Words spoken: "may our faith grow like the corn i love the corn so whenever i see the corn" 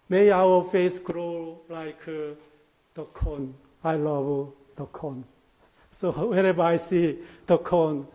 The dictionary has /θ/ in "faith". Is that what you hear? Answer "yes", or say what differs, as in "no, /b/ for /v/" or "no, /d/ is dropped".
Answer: no, /s/ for /θ/